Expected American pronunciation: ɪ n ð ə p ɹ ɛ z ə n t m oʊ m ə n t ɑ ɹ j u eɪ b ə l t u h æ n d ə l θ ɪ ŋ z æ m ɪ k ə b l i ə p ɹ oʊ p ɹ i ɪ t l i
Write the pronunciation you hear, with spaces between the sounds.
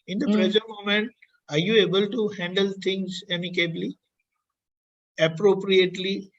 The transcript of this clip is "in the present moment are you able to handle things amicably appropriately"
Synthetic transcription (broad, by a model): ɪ n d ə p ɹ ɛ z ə t m oʊ m ə n t ɑ ɹ j u eɪ b ə l t u h æ n d ə l t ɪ ŋ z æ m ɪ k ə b l i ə p ɹ oʊ p ɹ i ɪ t l i